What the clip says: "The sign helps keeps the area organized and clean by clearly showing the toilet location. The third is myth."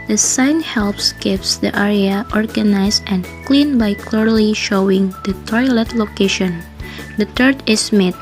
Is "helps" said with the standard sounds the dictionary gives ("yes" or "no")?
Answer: yes